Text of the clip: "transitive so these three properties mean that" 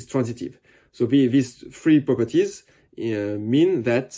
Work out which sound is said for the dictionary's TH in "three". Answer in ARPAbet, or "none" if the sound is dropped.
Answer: F